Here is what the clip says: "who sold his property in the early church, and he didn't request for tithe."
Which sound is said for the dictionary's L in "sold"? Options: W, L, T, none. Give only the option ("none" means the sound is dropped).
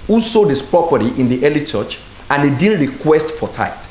none